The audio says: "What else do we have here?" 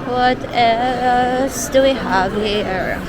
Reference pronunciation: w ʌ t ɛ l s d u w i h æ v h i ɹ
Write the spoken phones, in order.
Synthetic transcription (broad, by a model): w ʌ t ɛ s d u w i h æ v h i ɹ